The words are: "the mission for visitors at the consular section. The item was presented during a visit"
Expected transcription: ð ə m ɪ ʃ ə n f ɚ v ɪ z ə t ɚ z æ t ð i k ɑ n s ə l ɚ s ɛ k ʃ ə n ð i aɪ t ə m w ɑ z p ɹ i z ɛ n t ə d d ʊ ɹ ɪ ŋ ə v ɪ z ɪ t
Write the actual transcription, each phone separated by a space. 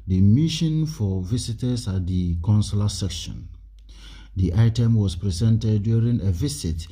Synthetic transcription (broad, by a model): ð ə m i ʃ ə n f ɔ v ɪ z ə t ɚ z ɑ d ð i k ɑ n s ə l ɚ s ɛ k ʃ ə n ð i aɪ t ə m w ɑ s p ɹ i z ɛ n t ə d d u ɹ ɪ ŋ ə v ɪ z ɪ t